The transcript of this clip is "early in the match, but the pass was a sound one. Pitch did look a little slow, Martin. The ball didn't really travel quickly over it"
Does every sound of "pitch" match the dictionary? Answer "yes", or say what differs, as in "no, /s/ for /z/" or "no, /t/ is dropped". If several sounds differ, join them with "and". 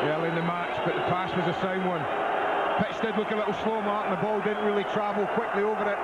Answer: no, /s/ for /tʃ/